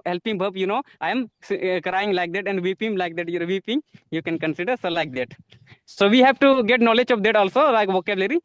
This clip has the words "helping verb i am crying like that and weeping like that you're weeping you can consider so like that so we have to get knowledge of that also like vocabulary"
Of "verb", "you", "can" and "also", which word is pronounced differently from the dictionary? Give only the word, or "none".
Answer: verb